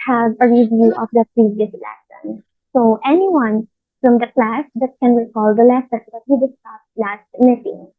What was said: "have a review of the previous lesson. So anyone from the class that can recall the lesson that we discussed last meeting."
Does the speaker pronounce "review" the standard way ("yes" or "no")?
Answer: yes